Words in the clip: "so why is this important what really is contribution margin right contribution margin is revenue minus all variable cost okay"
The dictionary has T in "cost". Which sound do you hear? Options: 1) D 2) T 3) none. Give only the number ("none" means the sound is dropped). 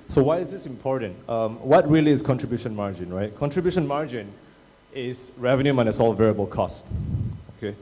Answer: 2